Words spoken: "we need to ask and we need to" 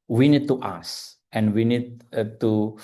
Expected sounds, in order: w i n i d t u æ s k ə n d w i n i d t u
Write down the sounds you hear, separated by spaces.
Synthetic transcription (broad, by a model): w i n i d t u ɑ s ə n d w i n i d t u